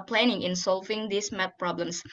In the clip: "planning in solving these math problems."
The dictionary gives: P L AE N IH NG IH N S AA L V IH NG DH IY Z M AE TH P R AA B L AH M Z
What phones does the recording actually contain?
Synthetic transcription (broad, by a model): P L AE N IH NG IH N S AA L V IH NG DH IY S M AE T P R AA B L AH M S